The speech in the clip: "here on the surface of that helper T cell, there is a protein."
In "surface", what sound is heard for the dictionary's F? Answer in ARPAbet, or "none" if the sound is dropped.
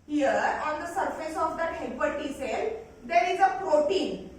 F